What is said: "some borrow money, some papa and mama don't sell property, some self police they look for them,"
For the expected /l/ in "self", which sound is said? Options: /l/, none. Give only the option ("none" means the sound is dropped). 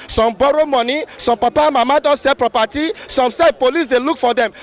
none